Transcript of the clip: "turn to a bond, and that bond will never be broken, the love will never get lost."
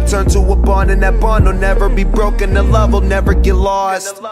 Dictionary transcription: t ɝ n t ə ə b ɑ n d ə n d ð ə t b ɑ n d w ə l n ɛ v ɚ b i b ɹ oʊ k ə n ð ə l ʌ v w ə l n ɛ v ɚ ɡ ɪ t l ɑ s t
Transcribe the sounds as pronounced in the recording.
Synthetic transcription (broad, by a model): t ɝ n t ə ə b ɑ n ə n ð ə t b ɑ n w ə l n ɛ v ɚ b i b ɹ oʊ k ə n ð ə l ʌ v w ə l n ɛ v ɚ ɡ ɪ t l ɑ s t